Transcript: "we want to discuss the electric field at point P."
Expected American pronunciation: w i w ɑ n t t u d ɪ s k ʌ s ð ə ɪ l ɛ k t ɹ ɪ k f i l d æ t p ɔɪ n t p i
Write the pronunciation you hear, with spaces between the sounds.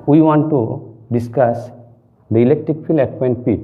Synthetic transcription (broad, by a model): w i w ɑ n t t u d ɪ s k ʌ s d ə ɪ l ɛ k t ɹ ɪ k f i l ɛ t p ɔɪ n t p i